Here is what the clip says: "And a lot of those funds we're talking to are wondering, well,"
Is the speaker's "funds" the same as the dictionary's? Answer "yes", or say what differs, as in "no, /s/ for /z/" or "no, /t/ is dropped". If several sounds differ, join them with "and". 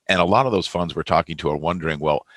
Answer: yes